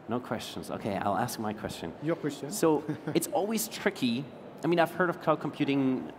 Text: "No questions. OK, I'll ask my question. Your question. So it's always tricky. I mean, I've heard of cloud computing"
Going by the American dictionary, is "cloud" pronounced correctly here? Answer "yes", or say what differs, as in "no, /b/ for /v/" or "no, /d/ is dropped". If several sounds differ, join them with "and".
no, /l/ is dropped